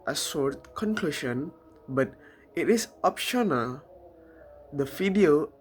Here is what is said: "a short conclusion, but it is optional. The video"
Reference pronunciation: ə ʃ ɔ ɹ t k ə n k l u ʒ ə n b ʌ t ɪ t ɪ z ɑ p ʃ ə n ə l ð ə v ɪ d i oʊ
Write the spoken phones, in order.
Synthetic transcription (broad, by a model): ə s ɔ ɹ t k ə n k l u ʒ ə n b ʌ t ɪ t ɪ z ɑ p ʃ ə n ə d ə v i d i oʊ